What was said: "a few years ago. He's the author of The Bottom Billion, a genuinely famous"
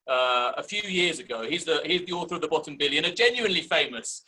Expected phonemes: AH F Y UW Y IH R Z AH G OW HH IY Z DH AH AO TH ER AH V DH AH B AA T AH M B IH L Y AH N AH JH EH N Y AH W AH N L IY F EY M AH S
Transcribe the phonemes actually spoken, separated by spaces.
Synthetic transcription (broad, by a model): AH F Y UW Y IH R Z AH G OW HH IY Z DH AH AO TH ER AH V DH AH B AA T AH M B IH L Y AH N AH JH EH N Y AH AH N L IY F EY M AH S